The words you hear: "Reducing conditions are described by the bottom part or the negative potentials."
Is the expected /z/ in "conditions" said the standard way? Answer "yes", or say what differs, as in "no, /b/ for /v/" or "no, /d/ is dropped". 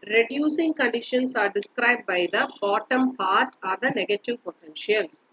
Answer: no, /s/ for /z/